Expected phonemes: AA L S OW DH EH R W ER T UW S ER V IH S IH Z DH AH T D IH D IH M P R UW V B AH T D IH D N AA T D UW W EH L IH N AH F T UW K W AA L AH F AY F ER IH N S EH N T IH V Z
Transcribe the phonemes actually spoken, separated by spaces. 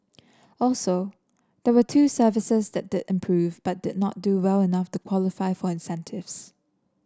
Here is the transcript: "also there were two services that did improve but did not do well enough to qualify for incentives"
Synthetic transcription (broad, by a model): AA L S OW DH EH W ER T UW S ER V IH S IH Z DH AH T D IH D IH M P R UW V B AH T D IH D N AA T D UW W EH L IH N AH F T UW K W AA L AH F AY F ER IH N S EH N T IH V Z